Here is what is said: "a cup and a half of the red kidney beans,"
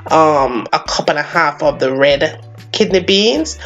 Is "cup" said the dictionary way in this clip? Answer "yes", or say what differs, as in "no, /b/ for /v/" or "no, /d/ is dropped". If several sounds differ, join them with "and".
yes